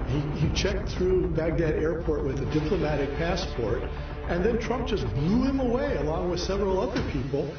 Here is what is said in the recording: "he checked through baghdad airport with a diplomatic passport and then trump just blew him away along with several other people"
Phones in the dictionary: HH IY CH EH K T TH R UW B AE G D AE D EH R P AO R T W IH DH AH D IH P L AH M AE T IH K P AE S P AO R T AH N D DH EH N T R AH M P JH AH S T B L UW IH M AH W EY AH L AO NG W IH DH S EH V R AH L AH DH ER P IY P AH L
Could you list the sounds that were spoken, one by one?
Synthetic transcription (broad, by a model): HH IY CH EH K T TH R UW B AE G D AE D EH R P AO R T W IH DH AH D IH P L AH M AE T IH K P AE S P AO R T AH N DH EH N T R AH M P ZH AH S B L UW IH M AH W EY AH L AO NG W IH DH S EH V R L AH DH ER P IY P L